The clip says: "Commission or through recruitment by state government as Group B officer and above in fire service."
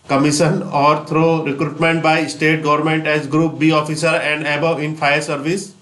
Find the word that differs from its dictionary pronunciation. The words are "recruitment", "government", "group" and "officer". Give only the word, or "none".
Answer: none